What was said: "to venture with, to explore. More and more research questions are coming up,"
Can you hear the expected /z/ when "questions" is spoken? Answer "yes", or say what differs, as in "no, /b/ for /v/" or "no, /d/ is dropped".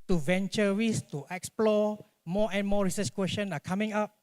no, /z/ is dropped